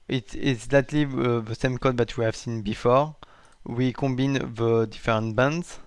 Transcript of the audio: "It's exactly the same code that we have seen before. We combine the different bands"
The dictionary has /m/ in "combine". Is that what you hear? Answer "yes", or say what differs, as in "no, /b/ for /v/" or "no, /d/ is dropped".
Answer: no, /m/ is dropped